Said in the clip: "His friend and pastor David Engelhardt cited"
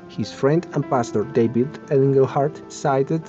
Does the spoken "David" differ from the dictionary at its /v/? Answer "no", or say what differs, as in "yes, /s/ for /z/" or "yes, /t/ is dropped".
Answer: yes, /b/ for /v/